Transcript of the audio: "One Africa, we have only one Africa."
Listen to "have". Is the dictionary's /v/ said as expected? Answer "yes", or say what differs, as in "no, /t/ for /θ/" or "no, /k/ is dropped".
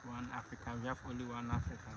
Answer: no, /f/ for /v/